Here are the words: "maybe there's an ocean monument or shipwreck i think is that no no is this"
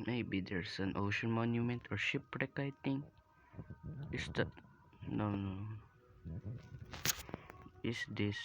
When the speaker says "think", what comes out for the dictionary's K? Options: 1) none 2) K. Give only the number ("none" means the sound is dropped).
1